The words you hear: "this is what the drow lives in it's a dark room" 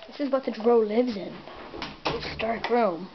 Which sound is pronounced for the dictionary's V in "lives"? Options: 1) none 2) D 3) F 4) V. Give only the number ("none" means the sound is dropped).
4